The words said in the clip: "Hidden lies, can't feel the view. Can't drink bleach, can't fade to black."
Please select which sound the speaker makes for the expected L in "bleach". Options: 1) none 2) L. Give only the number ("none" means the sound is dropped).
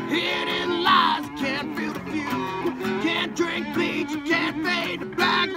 1